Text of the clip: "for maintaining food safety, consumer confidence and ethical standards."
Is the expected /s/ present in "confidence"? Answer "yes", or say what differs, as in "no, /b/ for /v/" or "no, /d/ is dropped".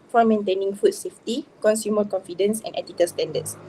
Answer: yes